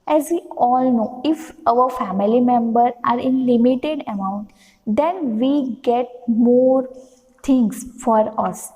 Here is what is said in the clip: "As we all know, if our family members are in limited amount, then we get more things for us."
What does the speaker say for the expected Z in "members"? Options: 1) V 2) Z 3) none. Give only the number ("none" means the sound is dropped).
3